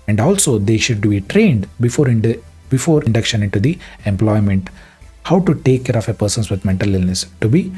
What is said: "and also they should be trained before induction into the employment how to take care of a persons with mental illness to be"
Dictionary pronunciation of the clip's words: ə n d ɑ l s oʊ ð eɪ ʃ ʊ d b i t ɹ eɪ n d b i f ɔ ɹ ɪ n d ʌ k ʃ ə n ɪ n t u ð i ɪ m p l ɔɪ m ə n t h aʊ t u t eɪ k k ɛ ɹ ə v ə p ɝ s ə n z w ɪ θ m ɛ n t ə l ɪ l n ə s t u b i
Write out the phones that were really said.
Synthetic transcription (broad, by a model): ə n d ɑ l s oʊ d eɪ ʃ ʊ d b i t ɹ eɪ n d b i f ɔ ɹ ɪ n d ʌ k ʃ ə n ɪ n t u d i ɪ m p l ɔɪ m ə n t h aʊ t u t eɪ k k ɛ ɹ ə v ə p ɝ s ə n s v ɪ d m ɛ n t ə l ɪ l n ə s t u b i